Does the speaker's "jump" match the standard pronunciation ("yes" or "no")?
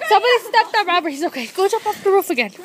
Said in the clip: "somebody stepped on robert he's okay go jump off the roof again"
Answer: no